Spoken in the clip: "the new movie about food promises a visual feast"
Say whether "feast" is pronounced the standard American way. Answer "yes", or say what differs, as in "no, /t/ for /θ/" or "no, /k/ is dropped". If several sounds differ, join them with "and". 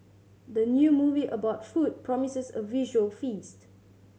yes